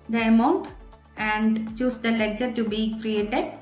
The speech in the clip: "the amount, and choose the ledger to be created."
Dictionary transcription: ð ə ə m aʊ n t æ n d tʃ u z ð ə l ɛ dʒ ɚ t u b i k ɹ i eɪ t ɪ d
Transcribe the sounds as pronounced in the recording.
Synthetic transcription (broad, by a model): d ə ə m aʊ n t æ n d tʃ u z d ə l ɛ tʃ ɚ t u b i k ɹ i eɪ t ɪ d